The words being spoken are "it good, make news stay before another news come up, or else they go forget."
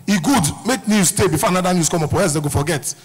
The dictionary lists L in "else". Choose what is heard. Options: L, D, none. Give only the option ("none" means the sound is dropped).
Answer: none